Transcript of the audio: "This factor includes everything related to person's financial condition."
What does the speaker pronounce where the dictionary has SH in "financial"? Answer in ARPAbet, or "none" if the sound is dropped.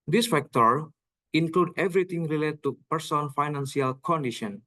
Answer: S